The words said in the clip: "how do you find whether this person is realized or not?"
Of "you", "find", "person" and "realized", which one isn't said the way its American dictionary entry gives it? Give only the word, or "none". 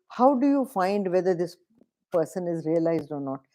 none